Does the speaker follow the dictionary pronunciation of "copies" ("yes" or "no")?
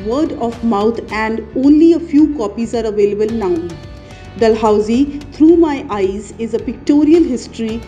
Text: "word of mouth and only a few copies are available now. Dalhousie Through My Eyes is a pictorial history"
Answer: yes